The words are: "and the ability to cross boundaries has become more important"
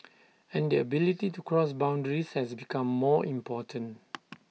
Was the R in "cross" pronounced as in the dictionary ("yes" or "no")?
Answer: yes